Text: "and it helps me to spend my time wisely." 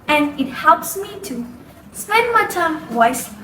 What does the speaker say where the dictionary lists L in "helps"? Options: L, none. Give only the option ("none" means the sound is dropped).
L